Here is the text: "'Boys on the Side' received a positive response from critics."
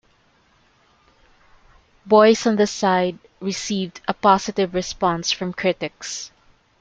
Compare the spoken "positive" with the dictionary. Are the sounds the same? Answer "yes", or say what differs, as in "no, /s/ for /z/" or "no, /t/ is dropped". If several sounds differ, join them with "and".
no, /s/ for /z/